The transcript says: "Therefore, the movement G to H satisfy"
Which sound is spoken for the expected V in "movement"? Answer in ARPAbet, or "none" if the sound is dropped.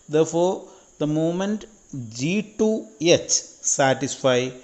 none